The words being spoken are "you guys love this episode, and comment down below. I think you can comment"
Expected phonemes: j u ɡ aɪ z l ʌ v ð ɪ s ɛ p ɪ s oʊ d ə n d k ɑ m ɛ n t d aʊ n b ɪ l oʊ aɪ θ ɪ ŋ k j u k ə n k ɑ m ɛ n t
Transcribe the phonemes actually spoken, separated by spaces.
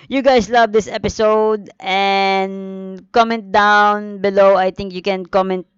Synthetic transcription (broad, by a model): j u ɡ aɪ s l ʌ v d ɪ s ɛ p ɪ s oʊ d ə n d k ɑ m ɛ n t d aʊ n b ɪ l oʊ aɪ t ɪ ŋ k j u k ə n k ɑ m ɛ n t